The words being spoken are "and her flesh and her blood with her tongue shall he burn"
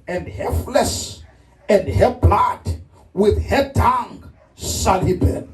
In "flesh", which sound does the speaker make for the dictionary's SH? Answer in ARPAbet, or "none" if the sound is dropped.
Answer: S